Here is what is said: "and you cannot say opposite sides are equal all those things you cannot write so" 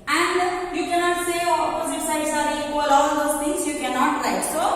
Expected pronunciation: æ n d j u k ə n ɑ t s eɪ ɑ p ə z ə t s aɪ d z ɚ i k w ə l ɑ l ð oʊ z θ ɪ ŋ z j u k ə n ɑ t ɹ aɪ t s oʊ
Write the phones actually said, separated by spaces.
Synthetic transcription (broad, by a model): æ n d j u k ə n ɑ t s eɪ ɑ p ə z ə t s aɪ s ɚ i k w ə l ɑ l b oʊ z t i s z j u k ə n ɑ t l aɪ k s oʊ